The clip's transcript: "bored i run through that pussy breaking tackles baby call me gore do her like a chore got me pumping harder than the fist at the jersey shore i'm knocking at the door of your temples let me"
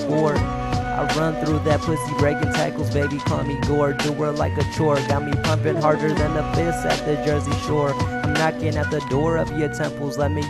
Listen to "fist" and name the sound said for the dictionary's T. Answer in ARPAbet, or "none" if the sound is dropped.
none